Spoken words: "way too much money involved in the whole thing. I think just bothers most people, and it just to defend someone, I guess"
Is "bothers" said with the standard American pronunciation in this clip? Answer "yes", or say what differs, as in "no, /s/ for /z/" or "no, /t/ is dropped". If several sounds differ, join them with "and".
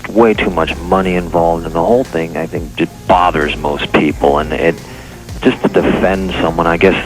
yes